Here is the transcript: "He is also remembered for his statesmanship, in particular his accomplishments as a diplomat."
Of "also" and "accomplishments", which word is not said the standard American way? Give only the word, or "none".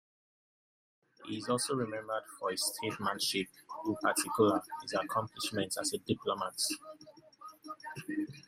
accomplishments